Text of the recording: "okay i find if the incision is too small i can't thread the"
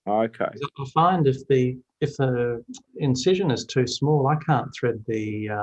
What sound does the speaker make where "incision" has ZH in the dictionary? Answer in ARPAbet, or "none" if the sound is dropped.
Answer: ZH